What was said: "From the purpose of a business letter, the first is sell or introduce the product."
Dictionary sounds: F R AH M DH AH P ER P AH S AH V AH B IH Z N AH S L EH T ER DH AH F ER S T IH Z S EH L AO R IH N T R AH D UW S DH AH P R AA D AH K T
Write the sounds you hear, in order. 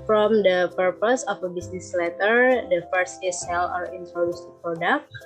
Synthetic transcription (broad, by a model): F R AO M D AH P ER P AH S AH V AH B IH S N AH S L EH T ER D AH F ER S IH S EH L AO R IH N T R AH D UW S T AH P R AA D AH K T